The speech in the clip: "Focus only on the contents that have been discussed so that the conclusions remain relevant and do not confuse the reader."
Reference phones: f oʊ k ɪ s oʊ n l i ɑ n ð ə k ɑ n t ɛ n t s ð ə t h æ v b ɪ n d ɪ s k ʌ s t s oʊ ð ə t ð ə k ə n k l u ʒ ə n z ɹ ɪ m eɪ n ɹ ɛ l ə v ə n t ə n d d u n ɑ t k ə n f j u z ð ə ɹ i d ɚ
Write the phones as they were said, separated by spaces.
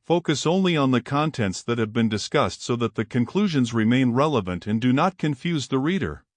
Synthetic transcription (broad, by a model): f oʊ k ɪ s oʊ n l i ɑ n ð ə k ɑ n t ɛ n t s ð ə t h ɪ v b ɪ n d ɪ s k ʌ s t s oʊ ð ə t ð ə k ə n k l u ʒ ə n z ɹ ɪ m eɪ n ɹ ɛ l ə v ə n t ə n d d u n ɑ t k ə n f j u z ð ə ɹ i d ɚ